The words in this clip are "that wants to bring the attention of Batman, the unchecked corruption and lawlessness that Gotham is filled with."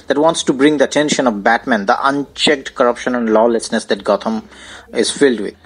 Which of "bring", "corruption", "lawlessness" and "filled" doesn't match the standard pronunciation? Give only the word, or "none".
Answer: none